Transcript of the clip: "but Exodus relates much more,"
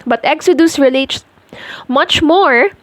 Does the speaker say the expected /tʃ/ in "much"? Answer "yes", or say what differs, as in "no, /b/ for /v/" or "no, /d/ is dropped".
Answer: yes